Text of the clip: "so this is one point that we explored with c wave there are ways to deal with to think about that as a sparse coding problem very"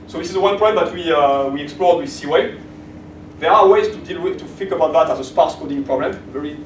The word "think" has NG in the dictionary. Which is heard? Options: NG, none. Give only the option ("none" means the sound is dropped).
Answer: none